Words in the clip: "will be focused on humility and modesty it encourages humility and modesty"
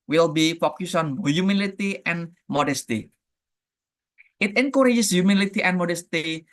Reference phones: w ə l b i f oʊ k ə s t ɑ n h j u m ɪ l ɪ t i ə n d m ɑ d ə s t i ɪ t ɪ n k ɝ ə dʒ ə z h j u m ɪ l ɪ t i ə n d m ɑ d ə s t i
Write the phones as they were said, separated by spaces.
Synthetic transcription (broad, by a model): w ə l b i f oʊ k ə s ɑ n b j u m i l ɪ t i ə n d m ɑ d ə s t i ɪ t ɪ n k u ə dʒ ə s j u m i l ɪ t i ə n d m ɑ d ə s t i